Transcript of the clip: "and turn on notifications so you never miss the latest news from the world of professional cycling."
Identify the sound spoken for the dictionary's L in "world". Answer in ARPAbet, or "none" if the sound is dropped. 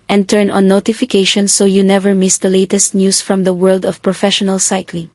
L